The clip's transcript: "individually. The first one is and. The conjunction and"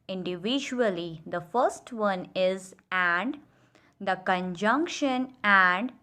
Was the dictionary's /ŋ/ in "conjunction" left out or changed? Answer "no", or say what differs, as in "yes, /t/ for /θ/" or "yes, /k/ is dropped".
no